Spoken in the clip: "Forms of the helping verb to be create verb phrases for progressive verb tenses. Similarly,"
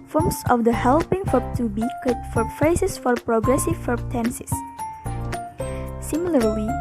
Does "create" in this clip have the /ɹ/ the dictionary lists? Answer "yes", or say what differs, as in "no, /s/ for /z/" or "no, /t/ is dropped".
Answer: no, /ɹ/ is dropped